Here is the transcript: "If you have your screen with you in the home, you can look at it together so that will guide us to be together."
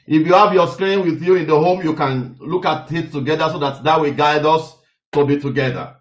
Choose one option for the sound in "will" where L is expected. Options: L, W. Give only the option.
W